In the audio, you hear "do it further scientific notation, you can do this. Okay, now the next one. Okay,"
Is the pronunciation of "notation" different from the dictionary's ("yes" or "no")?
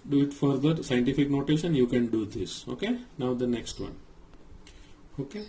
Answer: yes